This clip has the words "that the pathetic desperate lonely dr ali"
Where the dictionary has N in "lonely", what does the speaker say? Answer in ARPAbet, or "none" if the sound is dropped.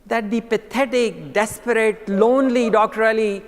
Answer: N